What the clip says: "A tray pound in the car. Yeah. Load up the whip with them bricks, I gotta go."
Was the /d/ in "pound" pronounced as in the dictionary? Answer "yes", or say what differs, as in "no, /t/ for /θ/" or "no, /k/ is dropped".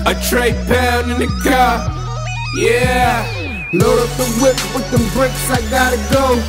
no, /d/ is dropped